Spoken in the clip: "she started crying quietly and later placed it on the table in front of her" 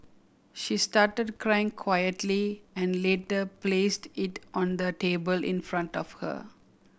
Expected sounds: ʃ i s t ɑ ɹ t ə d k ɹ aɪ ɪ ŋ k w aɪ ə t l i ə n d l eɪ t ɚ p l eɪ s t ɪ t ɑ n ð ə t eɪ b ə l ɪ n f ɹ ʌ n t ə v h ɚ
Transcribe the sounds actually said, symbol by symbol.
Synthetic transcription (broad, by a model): ʃ i s t ɑ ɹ t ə d k ɹ aɪ ɪ ŋ k w aɪ ə t l i ə n d l eɪ t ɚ p l eɪ s t ɪ t ɑ n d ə t eɪ b ə l ɪ n f ɹ ʌ n t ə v h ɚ